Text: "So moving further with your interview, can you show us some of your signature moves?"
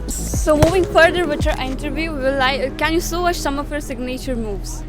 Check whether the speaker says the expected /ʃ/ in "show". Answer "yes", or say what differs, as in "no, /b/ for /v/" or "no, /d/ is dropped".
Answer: no, /s/ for /ʃ/